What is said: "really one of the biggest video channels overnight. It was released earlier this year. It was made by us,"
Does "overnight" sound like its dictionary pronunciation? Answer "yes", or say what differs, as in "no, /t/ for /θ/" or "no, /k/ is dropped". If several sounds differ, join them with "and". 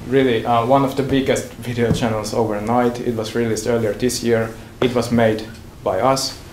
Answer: yes